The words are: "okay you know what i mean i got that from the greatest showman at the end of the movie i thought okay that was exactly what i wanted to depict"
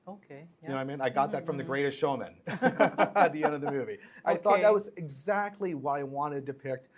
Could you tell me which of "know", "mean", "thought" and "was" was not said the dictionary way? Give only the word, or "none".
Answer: none